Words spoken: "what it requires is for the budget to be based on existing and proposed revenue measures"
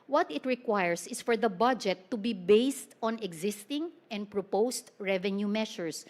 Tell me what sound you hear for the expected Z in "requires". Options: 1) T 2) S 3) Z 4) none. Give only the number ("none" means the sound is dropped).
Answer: 2